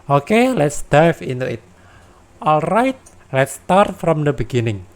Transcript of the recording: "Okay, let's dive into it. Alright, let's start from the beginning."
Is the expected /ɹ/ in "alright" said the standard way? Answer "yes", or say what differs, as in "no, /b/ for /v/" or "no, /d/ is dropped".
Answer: yes